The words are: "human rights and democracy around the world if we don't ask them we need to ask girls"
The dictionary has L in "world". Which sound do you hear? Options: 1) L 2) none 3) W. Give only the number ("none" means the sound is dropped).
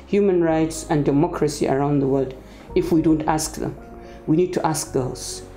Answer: 1